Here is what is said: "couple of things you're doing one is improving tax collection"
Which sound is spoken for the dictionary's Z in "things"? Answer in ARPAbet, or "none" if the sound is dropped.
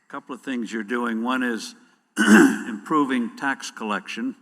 Z